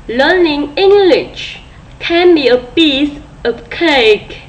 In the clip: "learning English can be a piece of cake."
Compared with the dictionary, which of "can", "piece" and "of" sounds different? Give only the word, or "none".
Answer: of